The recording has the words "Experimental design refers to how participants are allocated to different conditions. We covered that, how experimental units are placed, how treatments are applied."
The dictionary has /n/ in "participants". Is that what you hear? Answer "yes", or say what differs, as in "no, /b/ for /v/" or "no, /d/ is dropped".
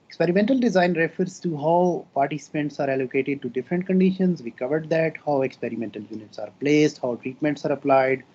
yes